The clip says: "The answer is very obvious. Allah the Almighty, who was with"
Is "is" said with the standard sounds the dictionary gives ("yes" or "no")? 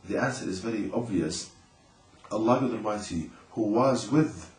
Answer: yes